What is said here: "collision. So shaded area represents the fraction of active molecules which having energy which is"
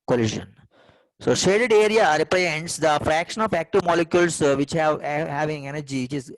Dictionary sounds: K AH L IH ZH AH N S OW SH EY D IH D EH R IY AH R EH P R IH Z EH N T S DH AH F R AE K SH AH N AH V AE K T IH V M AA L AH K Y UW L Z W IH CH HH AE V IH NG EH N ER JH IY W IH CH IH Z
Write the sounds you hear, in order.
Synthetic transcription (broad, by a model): K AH L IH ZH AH N S OW SH EY D IH D EH R IY AH R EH P R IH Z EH N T S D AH F R AE K SH AH N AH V AE K T IH V M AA L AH K Y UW L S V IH CH HH AE V IH NG EH N ER JH IY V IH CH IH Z